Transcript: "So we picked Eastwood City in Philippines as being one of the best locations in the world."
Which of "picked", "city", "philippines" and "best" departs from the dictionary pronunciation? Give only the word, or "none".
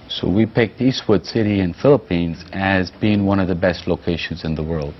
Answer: none